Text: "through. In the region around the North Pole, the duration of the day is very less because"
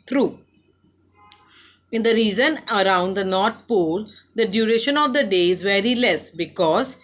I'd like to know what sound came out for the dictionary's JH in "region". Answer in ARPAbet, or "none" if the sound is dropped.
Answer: Z